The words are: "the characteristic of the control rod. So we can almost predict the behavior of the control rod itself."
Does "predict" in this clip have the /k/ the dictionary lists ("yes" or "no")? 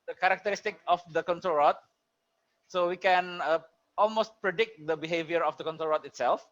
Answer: yes